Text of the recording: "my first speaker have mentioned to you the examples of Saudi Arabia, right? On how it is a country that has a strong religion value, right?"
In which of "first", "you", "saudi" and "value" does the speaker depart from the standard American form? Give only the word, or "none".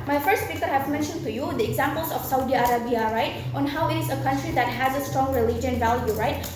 none